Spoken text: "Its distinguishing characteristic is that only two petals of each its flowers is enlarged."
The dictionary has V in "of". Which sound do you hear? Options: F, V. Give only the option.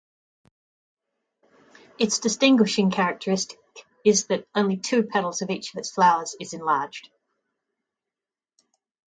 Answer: V